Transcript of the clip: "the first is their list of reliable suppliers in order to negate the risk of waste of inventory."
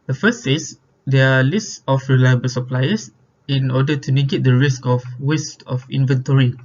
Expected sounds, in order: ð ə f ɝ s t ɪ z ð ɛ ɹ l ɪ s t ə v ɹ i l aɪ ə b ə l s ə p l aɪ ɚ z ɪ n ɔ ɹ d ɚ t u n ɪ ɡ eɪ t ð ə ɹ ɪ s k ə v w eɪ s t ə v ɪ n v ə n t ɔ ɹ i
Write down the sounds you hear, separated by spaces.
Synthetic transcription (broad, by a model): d ə f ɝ s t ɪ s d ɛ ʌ l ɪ s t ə f ɹ i l aɪ ə b ə l s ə p l aɪ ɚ s ɪ n ɔ d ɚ t u n ɪ ɡ eɪ t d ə ɹ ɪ s k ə f w eɪ s t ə f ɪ n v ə n t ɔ ɹ i